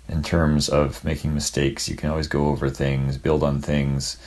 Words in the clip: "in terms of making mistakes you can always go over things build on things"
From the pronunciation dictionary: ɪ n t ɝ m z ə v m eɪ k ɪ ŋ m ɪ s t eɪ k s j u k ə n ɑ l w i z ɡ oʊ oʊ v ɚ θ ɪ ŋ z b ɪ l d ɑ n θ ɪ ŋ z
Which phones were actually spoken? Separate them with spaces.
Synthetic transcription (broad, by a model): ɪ n t ɝ m z ə v m eɪ k ɪ ŋ m ɪ s t eɪ k s j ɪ k ə n ɑ l w i z ɡ oʊ oʊ v ɚ θ ɪ ŋ z b ɪ l d n θ ɪ ŋ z